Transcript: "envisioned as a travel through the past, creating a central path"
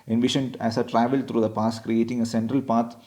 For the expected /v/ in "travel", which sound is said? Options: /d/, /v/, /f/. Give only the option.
/v/